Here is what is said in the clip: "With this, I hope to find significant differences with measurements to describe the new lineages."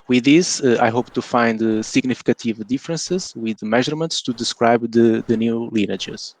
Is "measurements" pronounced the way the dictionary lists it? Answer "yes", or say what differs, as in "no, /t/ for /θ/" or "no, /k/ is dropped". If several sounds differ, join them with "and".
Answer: yes